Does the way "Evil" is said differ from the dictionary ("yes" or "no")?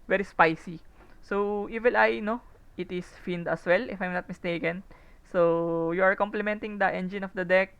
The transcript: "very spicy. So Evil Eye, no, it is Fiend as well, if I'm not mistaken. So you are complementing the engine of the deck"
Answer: yes